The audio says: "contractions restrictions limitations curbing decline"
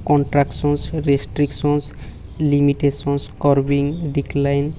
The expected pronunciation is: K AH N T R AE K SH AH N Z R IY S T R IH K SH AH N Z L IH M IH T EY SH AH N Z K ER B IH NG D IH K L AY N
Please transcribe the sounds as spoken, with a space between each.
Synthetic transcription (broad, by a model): K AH N T R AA K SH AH N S R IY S T R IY K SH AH N S L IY M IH T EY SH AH N S K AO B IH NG D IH K L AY N